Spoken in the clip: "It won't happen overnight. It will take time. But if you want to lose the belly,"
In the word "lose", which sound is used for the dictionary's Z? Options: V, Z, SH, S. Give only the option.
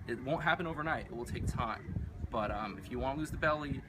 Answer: Z